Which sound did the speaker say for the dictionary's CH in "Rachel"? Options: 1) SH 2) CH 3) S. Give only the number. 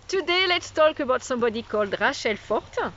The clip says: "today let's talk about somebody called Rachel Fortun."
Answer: 1